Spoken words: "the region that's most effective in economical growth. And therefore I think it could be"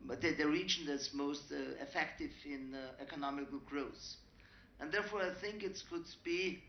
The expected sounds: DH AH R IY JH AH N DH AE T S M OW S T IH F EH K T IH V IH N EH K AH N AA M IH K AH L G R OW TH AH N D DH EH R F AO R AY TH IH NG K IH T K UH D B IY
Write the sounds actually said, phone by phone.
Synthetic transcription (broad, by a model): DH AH R IY JH AH N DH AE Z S M OW S T IH F EH K T IH V IH N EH K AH N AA M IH K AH L G R OW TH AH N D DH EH R F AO R AY TH IH NG K IH T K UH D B IY